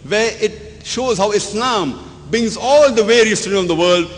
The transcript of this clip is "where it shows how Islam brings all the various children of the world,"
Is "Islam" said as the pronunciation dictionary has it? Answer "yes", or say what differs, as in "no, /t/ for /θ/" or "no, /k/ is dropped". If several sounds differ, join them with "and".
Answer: yes